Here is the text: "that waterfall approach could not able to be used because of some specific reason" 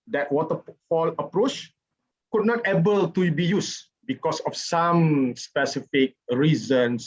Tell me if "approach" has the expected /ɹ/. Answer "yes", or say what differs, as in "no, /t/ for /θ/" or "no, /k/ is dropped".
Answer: yes